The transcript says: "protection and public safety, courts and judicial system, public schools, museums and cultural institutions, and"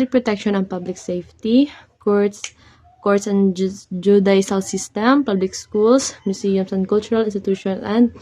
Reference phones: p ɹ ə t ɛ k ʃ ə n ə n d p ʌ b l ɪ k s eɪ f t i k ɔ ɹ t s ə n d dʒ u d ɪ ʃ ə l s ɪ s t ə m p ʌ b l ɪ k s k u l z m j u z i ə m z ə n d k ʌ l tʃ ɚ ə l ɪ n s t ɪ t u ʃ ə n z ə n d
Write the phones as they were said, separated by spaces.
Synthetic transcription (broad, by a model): p ɹ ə t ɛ k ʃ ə n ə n p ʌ b l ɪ k s eɪ f t i k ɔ ɹ t s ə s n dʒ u d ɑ s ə l s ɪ s t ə m p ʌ b l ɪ k s k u l s m j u s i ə m s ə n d k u l tʃ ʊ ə l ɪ n s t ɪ t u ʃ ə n ə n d